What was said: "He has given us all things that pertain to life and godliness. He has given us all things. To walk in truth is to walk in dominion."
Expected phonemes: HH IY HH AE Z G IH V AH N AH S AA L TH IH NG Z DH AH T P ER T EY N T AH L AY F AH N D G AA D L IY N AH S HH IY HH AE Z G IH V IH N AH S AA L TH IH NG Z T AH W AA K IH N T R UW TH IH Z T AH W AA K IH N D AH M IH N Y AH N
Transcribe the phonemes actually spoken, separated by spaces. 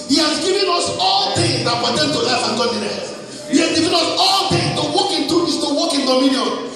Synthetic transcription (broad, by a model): HH IY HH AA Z G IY V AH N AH S AA L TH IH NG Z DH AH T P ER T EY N T AH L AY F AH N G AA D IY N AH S HH IY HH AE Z G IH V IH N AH S AA L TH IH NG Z T AH W AA K IH N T UW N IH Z T AH W AA K IH N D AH M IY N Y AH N